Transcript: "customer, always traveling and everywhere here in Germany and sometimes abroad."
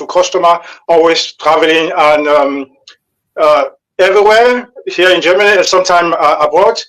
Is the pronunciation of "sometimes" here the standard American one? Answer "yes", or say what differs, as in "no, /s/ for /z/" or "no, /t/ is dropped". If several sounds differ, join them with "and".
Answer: no, /z/ is dropped